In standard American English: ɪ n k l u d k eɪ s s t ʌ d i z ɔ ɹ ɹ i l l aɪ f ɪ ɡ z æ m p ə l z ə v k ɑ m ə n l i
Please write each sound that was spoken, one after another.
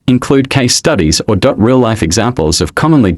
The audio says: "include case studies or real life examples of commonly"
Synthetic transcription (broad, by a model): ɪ n k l u d k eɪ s s t ʌ d i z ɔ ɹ ɹ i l l aɪ f ɪ ɡ z æ m p ə l z ə v k ɑ m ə n l i